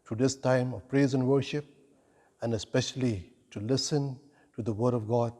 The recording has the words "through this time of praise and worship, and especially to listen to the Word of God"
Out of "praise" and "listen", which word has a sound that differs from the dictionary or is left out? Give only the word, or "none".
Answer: none